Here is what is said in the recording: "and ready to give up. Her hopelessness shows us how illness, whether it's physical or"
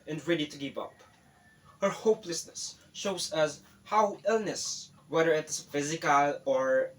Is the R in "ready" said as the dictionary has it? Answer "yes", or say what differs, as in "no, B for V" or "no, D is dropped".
yes